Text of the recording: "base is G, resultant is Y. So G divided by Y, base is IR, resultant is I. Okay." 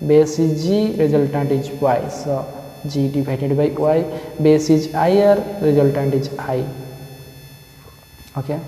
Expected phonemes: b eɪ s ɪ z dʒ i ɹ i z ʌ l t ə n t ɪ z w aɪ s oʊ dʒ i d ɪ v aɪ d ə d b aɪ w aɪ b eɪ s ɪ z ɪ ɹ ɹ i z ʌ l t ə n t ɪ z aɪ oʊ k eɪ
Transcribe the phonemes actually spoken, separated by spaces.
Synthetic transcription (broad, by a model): b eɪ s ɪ dʒ i ɹ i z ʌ l t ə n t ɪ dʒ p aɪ s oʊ dʒ i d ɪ b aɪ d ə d b aɪ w aɪ b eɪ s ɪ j ɪ ɹ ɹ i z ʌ l t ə n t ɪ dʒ aɪ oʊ k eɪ